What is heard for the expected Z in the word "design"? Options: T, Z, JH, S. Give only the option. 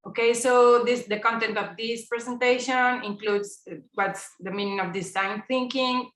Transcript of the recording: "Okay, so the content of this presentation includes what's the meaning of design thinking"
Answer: S